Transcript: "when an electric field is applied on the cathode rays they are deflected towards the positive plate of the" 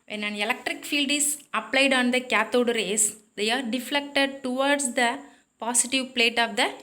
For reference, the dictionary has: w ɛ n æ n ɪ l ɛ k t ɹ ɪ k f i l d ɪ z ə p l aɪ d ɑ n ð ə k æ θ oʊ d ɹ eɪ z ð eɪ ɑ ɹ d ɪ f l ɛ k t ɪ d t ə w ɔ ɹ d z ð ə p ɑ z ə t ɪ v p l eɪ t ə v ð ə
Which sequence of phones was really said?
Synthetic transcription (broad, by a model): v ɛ n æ n ɪ l ɛ k t ɹ ɪ k f i l d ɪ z ə p l aɪ d ɑ n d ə k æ t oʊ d ɹ eɪ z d eɪ ɑ ɹ d ɪ f l ɛ k t ɪ d t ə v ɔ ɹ d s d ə p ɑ s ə t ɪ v p l eɪ t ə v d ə